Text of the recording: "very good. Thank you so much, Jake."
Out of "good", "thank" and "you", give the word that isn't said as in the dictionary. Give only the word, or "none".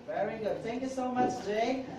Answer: none